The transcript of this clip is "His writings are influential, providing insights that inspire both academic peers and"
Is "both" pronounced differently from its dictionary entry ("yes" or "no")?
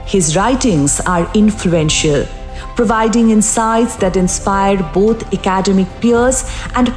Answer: yes